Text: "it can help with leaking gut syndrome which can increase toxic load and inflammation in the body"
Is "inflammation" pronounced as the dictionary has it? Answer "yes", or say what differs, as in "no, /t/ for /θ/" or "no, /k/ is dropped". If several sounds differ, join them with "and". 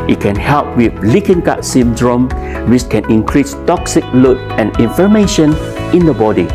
no, /l/ is dropped